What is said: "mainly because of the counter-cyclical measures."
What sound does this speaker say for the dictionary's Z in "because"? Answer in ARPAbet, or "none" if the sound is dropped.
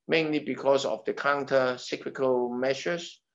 S